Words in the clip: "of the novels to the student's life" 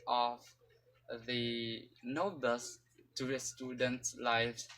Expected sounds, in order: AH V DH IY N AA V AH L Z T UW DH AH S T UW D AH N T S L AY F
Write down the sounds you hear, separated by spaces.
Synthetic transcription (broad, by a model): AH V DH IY N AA B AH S T UW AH S T UW D AH N T S L AY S